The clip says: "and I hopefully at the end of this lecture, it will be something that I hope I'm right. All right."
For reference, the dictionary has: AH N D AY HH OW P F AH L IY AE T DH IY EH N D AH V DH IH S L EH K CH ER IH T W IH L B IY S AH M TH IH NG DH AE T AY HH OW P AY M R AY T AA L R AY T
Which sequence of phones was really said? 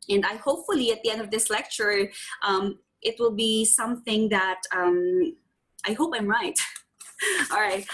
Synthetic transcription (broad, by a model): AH N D AY HH OW P F AH L IY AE T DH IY EH N D AH V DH IH S L EH K CH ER IH T W IH L B IY S AH M TH IH NG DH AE T AY HH OW P AY M R AY T AA L R AY T